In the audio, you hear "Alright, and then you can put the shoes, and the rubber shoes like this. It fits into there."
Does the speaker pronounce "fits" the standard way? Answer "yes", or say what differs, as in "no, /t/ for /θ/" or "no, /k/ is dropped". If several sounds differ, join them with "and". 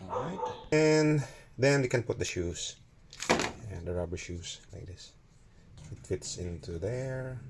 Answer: yes